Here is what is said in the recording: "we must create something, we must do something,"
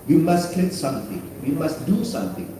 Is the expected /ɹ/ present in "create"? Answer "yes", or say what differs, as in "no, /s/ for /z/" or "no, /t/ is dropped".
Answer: no, /l/ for /ɹ/